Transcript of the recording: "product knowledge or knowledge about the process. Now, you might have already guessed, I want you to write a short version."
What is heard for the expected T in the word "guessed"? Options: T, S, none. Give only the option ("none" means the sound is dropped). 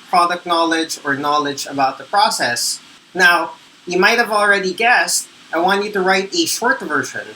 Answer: T